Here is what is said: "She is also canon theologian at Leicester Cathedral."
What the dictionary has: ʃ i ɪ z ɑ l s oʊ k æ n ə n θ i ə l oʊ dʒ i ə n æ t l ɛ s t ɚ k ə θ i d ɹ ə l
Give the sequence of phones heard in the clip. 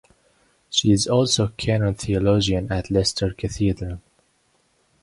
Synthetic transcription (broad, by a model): ʃ i ɪ z ɑ l s oʊ k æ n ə n θ i ə l oʊ dʒ i ə n æ t l ɛ s t ɚ k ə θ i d ɹ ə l